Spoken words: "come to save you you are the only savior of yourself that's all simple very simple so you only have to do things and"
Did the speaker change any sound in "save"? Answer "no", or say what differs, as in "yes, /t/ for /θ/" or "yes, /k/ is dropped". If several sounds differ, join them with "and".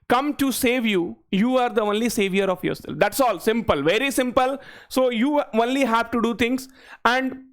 no